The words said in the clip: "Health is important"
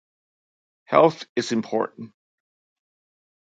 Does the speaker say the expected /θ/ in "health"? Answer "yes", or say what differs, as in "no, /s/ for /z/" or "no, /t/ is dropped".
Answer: yes